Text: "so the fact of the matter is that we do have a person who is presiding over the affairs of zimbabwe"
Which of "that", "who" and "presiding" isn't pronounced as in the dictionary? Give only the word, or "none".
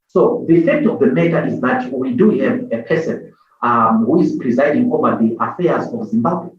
none